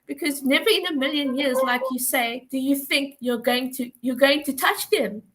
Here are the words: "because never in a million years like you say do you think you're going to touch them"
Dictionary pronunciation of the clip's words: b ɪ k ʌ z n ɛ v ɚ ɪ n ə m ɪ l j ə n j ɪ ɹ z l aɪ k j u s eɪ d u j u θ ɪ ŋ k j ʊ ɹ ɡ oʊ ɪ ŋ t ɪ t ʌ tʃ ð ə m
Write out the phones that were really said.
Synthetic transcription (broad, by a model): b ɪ k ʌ z n ɛ v ɚ ɪ n ə m ɪ l j ə n j ɪ ɹ z l aɪ k j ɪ s eɪ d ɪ j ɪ θ ɪ ŋ k j ʊ ɹ ɡ oʊ ɪ ŋ t ɪ t ʌ tʃ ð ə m